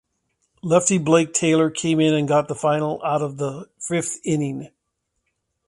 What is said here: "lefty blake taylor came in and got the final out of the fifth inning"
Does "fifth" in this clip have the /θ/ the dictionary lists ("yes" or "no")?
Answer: yes